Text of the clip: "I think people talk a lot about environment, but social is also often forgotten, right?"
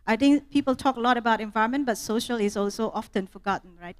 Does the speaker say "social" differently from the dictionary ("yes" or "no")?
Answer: no